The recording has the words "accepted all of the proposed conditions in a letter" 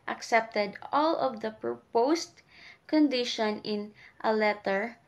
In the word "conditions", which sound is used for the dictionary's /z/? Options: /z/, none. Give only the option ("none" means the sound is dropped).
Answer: none